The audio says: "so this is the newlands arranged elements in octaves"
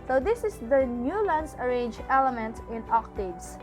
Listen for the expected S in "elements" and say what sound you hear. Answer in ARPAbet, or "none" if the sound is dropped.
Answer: none